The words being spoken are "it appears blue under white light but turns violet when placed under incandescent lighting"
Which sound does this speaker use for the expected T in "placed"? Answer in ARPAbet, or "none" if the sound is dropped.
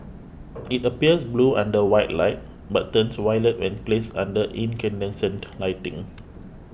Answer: none